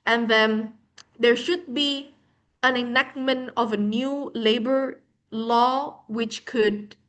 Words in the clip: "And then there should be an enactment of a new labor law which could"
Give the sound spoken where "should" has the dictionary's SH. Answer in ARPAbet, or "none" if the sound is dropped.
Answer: SH